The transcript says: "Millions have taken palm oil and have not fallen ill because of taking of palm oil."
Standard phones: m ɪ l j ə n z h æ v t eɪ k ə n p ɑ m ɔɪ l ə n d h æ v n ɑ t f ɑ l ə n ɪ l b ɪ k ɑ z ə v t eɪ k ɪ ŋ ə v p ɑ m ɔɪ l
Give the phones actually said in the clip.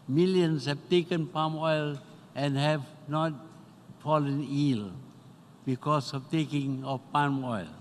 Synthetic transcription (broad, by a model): m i l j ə n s h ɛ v t eɪ k ə n p ɑ m ɔɪ l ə n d h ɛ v n ɑ t f ɑ l ə n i l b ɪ k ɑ s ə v t eɪ k ɪ ŋ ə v p ɑ m ɔɪ l